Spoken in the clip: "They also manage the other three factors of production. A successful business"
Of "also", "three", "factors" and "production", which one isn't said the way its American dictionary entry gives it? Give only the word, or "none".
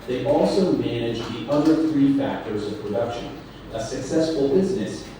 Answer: none